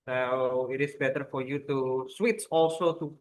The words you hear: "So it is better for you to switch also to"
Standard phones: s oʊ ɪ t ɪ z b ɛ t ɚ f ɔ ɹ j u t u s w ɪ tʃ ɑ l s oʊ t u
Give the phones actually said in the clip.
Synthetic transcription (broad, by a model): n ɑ ɪ t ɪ s b ɛ t ɚ f ɔ ɹ j u t u s w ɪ s ɑ l s oʊ t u